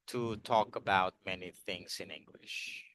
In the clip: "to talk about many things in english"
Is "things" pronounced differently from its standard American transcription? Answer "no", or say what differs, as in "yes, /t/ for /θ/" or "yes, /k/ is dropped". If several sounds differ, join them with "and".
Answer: no